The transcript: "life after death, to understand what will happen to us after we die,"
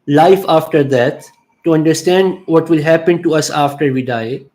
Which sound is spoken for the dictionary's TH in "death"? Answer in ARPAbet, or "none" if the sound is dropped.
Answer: T